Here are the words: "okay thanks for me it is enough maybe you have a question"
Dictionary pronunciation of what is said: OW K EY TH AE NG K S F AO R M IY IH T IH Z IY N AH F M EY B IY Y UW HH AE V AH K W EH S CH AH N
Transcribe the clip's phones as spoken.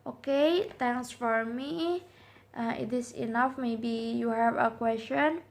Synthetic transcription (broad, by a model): OW K EY T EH NG S F AO R M IY IH T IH S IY N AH F M EY B IY Y UW HH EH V AH K W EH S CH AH N